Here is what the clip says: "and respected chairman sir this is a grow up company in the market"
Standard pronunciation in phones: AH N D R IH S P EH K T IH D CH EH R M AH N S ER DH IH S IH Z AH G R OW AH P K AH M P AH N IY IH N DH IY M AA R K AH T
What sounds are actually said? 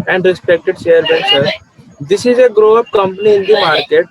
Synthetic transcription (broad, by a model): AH N D R IH S P EH K T IH D SH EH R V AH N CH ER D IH S IH Z AH G R OW AH P K AH M P AH N IY IH N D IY M AA R K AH T